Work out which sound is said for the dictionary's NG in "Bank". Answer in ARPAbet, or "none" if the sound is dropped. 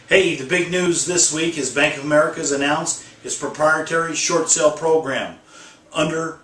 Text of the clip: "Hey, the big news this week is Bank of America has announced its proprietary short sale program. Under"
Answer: NG